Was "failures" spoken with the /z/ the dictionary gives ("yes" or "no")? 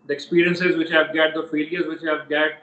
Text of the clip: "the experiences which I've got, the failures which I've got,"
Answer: yes